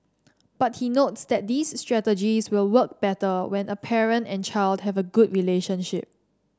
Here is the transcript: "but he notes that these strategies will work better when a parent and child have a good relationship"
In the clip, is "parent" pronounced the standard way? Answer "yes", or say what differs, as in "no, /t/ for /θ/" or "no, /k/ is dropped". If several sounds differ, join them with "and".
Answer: yes